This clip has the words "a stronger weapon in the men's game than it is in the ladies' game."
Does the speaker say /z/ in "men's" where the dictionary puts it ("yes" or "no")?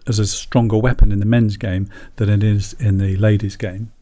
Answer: yes